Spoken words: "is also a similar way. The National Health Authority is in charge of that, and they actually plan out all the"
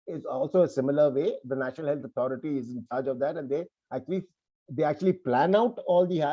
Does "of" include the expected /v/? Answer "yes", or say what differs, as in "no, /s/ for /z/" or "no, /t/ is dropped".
yes